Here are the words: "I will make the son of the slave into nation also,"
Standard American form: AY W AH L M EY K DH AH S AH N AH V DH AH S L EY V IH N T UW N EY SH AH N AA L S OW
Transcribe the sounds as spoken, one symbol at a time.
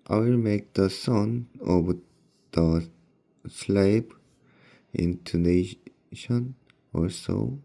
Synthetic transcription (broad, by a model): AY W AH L M EY K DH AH S AH N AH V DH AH S L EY P IH N T UW N EY SH AH N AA S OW